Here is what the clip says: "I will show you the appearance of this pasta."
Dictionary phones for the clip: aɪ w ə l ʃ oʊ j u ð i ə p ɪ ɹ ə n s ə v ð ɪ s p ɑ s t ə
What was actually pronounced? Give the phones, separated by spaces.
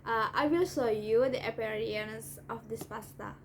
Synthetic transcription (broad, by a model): aɪ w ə l s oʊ j u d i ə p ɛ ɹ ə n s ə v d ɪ s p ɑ s t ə